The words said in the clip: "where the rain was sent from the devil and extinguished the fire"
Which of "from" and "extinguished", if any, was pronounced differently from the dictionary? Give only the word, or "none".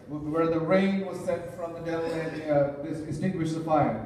extinguished